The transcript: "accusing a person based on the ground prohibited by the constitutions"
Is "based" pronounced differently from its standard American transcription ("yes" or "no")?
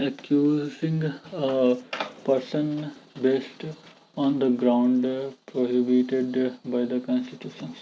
no